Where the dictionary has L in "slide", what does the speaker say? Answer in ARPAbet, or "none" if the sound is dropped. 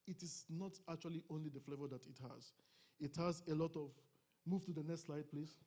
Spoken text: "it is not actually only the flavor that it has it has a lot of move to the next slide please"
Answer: L